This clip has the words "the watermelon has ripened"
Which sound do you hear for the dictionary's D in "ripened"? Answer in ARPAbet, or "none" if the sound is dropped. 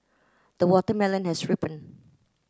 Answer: none